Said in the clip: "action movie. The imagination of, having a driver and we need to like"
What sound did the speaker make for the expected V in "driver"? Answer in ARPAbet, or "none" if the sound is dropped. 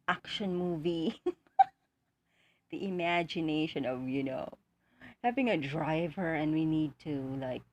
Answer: V